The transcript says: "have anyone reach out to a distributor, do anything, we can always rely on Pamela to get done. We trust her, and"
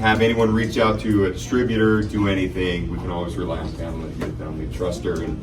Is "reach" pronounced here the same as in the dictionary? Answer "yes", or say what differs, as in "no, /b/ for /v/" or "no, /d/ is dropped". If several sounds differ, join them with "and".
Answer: yes